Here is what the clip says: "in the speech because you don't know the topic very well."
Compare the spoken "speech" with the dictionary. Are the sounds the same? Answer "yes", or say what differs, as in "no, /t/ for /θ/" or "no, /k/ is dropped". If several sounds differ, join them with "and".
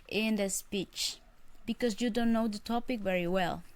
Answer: yes